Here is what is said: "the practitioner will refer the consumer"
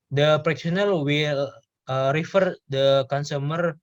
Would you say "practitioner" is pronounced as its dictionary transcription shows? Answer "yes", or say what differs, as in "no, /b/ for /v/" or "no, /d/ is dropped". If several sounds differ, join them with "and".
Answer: no, /s/ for /t/